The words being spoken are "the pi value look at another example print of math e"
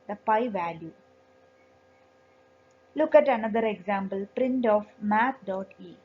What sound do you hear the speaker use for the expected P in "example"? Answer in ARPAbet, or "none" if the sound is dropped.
B